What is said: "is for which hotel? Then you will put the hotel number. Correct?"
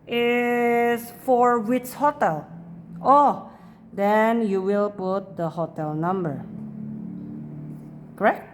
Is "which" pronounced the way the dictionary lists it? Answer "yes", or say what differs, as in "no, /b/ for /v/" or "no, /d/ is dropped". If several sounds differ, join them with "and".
no, /s/ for /tʃ/